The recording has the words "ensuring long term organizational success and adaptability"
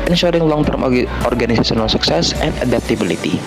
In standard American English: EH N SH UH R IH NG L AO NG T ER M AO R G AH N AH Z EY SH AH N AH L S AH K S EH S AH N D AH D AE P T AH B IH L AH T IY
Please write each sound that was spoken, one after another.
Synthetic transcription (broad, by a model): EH N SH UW R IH NG L AO NG T ER M AO R G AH N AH S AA S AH N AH L S AH K S EH S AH N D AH D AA P T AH B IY L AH T IY